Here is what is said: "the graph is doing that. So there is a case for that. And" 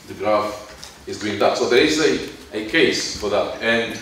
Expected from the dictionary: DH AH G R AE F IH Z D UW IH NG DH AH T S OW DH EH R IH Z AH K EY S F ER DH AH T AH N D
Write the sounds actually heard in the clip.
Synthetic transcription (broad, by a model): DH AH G R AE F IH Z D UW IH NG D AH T S OW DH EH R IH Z AH K EY S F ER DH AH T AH N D